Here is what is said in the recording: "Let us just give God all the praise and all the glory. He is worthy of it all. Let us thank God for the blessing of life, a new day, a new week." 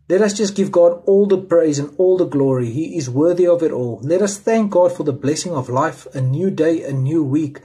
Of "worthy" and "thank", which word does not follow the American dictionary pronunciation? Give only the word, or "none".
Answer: none